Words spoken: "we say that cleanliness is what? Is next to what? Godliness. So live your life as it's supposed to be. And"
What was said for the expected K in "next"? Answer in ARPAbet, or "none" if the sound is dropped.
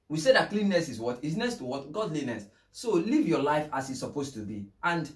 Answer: none